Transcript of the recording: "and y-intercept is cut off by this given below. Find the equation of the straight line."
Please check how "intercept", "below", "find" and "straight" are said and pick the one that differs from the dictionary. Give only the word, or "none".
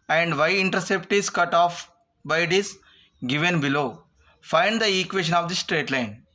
none